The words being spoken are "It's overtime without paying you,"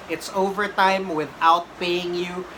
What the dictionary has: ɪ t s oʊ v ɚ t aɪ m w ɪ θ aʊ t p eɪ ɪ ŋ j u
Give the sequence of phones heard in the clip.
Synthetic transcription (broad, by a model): ɪ t s oʊ v ɚ t aɪ m w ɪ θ aʊ t b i ɪ ŋ j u